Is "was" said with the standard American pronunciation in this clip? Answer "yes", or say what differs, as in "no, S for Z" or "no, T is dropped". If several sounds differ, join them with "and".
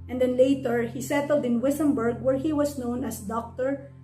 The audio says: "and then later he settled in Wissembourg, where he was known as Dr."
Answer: no, S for Z